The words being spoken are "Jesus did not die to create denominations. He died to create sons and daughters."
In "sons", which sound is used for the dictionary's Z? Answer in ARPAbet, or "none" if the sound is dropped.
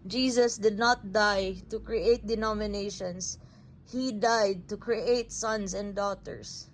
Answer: S